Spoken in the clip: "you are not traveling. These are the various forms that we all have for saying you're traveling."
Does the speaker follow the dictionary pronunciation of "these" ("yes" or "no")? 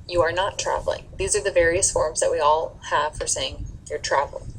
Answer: yes